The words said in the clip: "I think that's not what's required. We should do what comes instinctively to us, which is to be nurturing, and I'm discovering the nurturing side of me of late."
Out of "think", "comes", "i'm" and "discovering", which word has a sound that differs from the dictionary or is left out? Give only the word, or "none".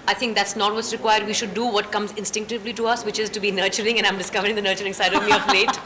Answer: think